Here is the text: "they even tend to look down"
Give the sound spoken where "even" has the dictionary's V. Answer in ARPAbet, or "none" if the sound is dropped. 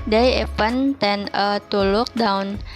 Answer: P